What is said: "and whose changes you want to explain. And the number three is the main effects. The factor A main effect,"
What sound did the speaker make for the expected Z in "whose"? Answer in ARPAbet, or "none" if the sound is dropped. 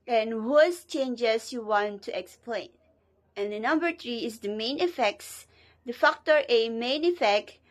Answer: S